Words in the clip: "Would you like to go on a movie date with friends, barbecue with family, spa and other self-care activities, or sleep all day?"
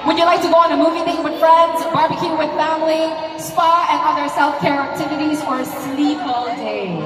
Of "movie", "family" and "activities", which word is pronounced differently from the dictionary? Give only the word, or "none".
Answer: none